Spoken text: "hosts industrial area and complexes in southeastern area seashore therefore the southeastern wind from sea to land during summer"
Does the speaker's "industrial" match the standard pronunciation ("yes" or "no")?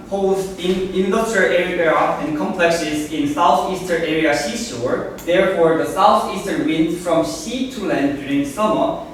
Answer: no